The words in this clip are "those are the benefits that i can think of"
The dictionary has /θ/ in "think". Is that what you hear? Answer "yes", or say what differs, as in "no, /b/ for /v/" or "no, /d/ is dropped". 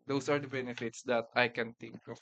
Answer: no, /t/ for /θ/